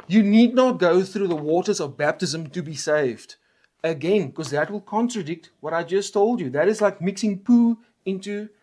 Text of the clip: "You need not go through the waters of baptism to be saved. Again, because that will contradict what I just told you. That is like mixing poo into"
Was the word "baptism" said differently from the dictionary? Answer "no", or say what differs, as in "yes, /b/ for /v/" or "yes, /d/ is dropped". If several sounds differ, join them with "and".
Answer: no